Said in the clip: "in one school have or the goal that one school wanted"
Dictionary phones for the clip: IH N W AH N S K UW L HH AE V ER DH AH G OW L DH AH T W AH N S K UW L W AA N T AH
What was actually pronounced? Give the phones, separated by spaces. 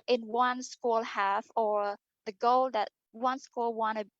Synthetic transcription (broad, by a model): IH N W AH N S K UW L HH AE F ER DH AH G OW L DH AH T W AH N S K UW L W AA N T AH